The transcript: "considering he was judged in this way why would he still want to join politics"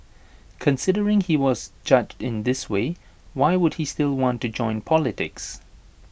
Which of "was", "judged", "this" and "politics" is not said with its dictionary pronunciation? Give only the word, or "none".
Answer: none